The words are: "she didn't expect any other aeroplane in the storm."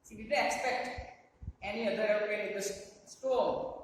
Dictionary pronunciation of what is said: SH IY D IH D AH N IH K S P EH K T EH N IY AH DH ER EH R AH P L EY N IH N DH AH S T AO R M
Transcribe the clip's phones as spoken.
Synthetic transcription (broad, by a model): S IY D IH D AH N IH K S P EH K T EH N IY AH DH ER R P EY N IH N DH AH S T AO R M